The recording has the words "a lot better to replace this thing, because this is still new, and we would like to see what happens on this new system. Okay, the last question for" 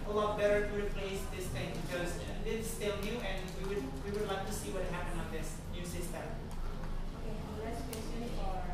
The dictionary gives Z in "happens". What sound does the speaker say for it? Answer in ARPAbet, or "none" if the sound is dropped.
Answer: none